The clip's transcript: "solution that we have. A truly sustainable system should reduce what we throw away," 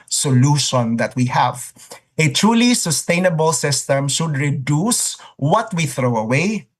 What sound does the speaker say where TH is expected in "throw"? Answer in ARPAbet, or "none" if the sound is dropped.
TH